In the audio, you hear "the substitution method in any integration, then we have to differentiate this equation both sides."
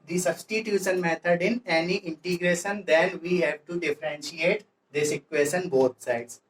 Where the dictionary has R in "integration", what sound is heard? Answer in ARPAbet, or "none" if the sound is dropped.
R